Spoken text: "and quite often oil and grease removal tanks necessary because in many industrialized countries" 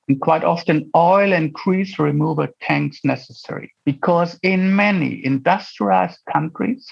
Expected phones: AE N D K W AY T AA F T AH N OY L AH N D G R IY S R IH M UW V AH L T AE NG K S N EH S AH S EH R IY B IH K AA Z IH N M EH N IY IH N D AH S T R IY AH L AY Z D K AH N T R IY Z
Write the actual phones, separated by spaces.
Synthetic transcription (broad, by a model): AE N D K W AY T AA F T AH N OY L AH N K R IY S R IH M UW V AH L T AE NG K S N EH S AH S EH R IY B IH K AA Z IH N M EH N IY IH N D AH S T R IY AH IH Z K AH N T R IY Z